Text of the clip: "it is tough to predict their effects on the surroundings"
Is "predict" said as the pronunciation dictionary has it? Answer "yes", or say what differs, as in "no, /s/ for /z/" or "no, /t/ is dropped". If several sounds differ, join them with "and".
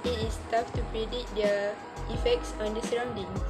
no, /k/ is dropped